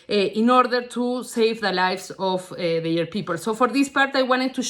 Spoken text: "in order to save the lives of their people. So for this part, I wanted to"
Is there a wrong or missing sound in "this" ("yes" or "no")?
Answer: no